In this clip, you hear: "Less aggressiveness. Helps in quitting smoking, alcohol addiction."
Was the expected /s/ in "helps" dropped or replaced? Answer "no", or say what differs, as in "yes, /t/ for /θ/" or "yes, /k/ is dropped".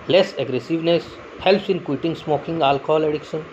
no